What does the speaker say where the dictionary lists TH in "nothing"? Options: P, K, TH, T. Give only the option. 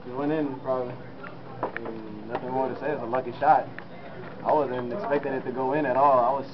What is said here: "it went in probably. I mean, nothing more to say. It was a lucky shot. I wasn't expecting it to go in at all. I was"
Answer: TH